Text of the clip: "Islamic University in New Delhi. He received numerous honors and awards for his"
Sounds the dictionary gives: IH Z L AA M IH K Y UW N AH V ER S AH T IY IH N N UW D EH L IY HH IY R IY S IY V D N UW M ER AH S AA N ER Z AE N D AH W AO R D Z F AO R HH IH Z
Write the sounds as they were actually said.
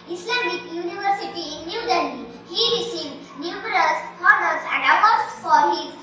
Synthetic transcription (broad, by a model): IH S L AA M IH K Y UW N AH V ER S AH T IY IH N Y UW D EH N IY HH IY R IY S IY V D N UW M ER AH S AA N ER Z AE N D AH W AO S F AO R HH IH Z